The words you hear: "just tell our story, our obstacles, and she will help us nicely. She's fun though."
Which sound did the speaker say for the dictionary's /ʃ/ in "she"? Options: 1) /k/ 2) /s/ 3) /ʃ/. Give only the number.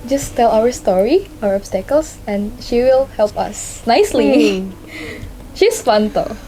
3